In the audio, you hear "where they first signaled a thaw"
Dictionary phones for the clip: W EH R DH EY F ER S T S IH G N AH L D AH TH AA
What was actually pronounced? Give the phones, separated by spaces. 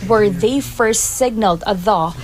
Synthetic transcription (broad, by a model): W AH R DH EY F ER S T S IH G N AH L D AH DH AA